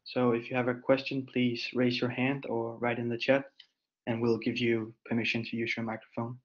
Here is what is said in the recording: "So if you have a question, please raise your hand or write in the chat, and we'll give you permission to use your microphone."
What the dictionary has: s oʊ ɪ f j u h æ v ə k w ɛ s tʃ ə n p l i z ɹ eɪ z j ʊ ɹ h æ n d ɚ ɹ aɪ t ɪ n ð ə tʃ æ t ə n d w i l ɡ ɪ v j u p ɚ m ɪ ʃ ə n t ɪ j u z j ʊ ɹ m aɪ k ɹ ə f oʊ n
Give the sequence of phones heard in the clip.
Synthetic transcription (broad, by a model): s oʊ ɪ f j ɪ v ə k w ɛ s tʃ ə n p l i z ɹ eɪ z j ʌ ɹ h æ n d ɚ ɹ aɪ t ɪ n ð ə tʃ æ t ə n w i l ɡ ɪ v j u p ɚ m ɪ ʃ ə n t ɪ j u z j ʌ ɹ m aɪ k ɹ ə f oʊ n